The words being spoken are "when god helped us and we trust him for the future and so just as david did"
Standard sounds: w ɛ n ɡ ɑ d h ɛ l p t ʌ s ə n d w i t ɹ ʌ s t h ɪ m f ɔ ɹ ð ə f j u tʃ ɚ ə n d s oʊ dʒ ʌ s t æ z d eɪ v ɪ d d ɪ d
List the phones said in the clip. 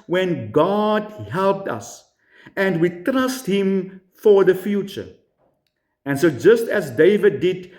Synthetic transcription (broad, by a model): w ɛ n ɡ ɑ d h ɛ l p t ʌ s ə n d w i t ɹ ʌ s t h ɪ m f ɔ ɹ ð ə f j u tʃ ɚ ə n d s oʊ dʒ ʌ s t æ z d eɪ v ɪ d d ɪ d